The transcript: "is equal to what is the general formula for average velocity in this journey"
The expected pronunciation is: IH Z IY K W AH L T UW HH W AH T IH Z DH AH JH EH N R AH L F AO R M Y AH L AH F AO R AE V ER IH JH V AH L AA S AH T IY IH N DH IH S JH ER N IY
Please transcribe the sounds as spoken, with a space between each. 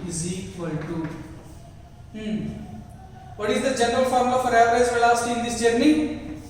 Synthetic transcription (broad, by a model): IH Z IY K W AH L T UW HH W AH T IH Z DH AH JH EH N R AH L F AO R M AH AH F AO R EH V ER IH Z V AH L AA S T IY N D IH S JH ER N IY